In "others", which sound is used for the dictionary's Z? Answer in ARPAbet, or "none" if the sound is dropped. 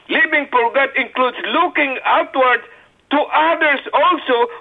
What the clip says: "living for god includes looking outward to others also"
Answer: S